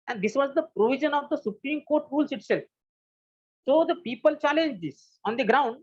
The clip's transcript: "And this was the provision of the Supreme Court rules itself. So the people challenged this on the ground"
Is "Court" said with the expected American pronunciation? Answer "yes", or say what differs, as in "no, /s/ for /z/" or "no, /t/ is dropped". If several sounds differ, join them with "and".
yes